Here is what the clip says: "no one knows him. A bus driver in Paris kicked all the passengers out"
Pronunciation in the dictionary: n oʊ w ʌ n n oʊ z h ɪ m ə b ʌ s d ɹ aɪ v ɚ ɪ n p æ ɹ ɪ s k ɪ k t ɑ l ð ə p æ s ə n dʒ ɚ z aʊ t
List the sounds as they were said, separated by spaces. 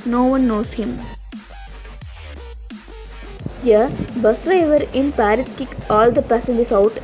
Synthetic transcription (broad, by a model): n oʊ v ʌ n n oʊ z h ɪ m ə b ʌ s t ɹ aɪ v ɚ ɪ n p æ ɹ ɪ s k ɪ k ɑ l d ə p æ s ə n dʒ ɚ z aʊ t